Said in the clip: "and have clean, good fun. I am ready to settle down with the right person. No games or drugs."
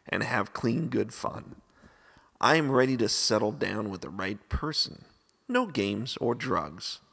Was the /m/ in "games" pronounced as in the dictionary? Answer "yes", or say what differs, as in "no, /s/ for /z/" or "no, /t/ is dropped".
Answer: yes